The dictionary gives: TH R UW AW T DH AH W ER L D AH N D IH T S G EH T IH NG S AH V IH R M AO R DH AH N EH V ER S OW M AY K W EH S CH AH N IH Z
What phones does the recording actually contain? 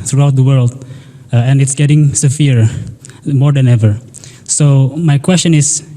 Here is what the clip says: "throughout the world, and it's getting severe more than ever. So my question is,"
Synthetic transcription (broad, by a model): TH R UW AW T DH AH W ER L D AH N IH T S G EH T IH NG S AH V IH R M AO R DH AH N EH V ER S OW M AY K W EH S CH AH N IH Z